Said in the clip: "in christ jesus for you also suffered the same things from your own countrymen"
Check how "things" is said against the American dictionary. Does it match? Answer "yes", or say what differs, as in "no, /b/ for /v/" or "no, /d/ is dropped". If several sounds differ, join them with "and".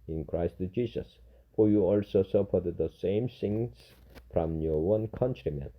no, /s/ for /θ/